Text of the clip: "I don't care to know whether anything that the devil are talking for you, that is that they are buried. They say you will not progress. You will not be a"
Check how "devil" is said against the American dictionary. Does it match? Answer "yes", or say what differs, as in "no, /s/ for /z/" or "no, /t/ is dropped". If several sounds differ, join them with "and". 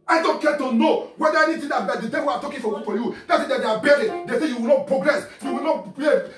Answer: no, /w/ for /l/